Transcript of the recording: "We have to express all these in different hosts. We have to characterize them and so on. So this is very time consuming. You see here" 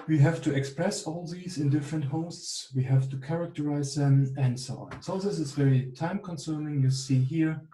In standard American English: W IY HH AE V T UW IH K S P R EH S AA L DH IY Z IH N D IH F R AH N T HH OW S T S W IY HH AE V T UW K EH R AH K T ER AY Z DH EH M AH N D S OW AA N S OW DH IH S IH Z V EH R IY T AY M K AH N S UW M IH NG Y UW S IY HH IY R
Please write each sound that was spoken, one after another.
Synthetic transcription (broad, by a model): W IY HH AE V T UW IH K S P R EH S AA L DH IY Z IH N D IH F R AH N T HH OW S T S W IY HH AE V T UW K EH R AH K T ER AY Z DH EH M AH N D S OW AA N S OW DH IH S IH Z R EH L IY T AY M K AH N S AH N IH NG Y UW S IY HH IY R